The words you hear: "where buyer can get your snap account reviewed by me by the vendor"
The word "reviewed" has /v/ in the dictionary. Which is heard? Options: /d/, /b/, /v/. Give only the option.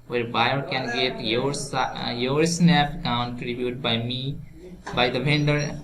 /b/